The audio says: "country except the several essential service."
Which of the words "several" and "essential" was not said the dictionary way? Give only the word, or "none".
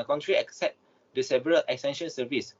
essential